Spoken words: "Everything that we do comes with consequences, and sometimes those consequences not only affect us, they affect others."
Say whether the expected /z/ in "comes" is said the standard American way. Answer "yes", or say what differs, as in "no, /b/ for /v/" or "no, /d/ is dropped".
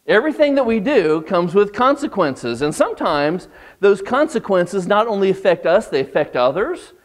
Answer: yes